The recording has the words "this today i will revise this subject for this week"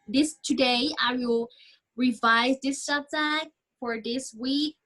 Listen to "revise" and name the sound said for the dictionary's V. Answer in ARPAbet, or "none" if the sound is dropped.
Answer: V